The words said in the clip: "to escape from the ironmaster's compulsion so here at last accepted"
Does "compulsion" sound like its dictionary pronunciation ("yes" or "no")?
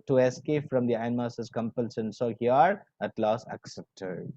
no